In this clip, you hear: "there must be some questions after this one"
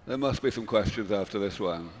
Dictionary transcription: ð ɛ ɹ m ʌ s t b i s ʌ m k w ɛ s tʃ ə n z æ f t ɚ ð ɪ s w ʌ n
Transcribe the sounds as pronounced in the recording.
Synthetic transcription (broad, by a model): ð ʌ ɹ m ʌ s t b i s ʌ m k w ɛ s tʃ ə n z æ f t ɚ ð ɪ s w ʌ n